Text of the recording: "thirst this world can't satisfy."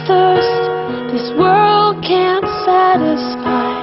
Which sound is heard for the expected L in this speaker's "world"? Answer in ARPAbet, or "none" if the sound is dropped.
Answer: L